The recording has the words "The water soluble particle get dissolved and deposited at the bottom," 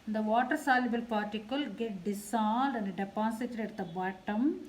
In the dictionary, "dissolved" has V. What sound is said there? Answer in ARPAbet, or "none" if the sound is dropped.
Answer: none